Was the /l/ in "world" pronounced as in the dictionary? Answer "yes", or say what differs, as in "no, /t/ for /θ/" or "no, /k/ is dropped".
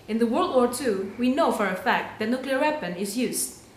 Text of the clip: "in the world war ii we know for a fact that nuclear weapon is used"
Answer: yes